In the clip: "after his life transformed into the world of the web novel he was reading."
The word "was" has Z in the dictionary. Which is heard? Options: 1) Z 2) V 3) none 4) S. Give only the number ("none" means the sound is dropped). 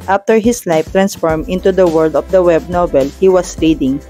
4